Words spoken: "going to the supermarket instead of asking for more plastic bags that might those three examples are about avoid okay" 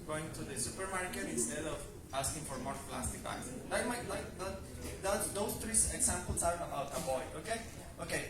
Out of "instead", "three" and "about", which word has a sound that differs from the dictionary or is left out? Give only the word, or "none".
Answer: three